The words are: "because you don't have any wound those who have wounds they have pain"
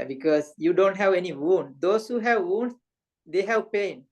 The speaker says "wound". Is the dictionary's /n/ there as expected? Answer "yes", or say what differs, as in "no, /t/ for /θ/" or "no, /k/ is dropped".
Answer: yes